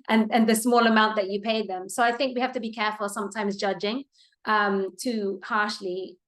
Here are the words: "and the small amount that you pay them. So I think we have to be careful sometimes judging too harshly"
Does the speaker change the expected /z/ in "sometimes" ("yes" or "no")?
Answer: no